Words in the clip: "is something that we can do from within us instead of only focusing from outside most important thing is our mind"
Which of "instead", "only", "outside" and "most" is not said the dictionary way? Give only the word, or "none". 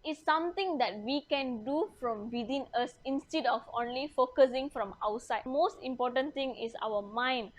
none